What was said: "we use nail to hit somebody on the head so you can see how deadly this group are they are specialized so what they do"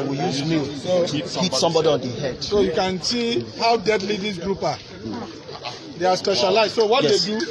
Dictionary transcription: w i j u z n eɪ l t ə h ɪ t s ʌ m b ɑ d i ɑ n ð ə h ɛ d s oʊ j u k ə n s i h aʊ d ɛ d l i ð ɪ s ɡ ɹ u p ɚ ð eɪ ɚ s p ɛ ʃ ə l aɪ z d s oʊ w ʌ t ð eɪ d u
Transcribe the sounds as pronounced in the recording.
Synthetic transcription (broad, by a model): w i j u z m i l s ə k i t s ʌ m b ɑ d i ɑ n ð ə h ɛ d s oʊ j u k ə n s i h aʊ d ɛ d l i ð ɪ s ɡ ɹ u p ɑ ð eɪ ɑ s p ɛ ʃ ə l aɪ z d s oʊ w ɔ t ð eɪ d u